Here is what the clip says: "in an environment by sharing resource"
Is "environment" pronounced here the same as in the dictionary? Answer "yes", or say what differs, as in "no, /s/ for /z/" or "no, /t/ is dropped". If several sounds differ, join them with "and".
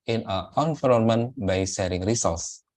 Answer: no, /f/ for /v/